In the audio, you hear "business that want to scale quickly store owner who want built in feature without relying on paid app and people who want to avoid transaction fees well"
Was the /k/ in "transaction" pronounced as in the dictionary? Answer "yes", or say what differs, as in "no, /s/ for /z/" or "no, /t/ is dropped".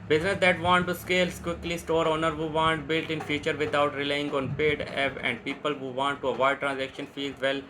yes